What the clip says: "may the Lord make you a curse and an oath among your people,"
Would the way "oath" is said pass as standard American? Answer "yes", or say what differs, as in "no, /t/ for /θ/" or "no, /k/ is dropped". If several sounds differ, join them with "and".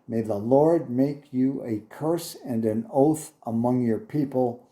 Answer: yes